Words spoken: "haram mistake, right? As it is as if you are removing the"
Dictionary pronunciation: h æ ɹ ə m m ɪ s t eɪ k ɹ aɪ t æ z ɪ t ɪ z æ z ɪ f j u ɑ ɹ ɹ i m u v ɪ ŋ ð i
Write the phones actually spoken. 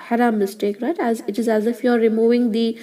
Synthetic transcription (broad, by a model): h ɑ ɹ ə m m ɪ s t eɪ k ɹ aɪ t æ z ɪ t ɪ z æ z ɪ f j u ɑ ɹ ɹ i m u v ɪ ŋ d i